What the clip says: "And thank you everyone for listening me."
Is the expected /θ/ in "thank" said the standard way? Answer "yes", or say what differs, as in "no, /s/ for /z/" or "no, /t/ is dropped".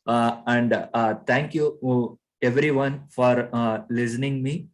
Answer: no, /t/ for /θ/